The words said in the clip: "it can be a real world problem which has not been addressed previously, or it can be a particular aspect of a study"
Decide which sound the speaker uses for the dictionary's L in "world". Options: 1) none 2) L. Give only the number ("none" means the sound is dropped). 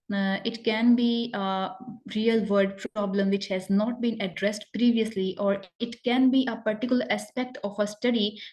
1